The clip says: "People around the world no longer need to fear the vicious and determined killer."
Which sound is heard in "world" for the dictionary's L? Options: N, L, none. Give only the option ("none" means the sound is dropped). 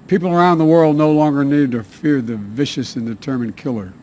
L